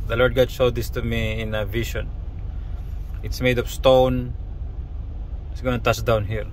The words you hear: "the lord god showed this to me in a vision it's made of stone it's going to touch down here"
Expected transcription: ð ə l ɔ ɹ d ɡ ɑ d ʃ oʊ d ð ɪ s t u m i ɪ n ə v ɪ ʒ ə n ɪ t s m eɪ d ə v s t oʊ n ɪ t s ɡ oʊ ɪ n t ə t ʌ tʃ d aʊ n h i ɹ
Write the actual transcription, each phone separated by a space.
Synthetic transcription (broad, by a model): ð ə l ɔ ɹ d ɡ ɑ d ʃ oʊ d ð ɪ s t u m i ɪ n ə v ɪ ʃ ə n ɪ t s m eɪ d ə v s t oʊ n ɪ t s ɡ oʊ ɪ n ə t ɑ s d aʊ n h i ɹ